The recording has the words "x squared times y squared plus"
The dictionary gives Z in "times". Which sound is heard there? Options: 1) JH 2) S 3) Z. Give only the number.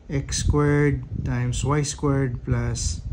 2